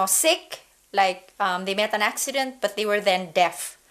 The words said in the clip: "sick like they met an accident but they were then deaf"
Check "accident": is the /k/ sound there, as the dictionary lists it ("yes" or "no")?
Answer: yes